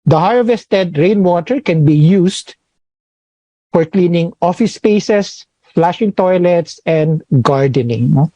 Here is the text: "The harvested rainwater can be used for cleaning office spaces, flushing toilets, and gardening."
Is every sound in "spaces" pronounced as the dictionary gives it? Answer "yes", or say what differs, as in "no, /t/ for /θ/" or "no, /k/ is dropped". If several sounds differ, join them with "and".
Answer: no, /s/ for /z/